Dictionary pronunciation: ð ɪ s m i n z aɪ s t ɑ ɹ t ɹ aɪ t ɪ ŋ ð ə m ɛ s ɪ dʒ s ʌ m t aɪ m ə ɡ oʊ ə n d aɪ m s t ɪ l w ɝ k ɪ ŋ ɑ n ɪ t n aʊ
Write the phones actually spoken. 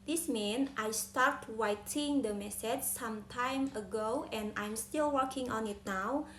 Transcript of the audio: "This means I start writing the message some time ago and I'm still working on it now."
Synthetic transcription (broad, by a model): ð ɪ s m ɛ n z aɪ s t ɑ ɹ t w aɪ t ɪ ŋ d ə m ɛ s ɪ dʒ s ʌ m t aɪ m ə ɡ oʊ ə n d aɪ m s t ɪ l w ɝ k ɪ ŋ ɑ n ɪ t n aʊ